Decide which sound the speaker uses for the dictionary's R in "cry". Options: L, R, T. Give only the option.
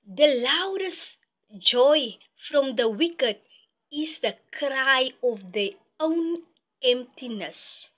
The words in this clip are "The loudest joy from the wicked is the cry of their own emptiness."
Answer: R